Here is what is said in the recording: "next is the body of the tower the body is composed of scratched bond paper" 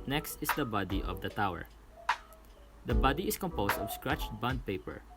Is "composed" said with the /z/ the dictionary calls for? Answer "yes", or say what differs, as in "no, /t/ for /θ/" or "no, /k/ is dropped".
no, /s/ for /z/